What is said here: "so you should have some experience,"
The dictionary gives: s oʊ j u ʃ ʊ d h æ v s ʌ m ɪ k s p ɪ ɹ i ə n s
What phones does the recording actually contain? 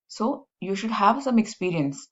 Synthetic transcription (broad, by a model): s oʊ j u ʃ ʊ d h æ v s ʌ m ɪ k s p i ɹ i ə n s